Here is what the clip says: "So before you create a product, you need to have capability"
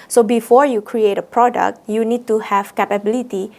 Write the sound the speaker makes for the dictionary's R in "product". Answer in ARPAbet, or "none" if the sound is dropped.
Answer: R